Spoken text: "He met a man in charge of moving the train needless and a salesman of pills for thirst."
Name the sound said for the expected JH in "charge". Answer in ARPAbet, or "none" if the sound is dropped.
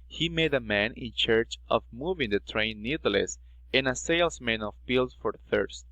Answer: CH